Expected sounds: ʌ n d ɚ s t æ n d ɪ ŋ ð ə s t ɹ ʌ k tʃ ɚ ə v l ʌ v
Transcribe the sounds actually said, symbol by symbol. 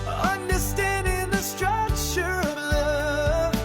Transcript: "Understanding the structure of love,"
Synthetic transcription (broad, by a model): ʌ n d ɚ s t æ n d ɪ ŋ ð ə s t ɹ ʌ tʃ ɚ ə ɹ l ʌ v